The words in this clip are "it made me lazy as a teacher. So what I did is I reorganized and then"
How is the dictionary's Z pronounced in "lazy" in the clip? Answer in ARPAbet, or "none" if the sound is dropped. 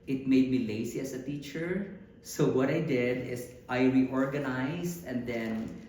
S